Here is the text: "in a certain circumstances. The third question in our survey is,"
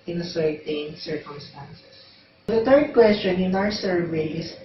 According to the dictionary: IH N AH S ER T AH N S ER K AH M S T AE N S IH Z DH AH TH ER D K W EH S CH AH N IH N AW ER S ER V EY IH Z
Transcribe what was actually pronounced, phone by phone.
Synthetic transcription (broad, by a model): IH N AH S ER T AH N S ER K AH M S T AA N S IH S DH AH T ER D K W EH S CH AH N IH N AW ER S ER V EY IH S